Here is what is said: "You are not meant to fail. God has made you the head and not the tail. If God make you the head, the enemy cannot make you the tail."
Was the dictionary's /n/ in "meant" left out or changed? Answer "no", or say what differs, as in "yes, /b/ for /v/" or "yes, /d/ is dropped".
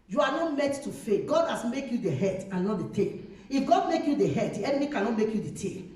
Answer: yes, /n/ is dropped